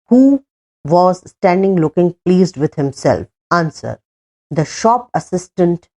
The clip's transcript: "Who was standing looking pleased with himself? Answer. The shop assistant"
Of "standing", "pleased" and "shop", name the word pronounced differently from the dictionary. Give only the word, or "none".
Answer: none